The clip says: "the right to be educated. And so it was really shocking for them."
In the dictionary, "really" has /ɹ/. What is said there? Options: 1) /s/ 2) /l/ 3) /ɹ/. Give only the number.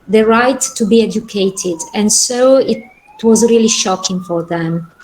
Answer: 3